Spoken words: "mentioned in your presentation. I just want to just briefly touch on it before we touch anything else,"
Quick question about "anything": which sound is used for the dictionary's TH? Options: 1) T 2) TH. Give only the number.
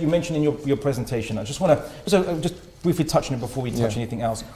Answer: 2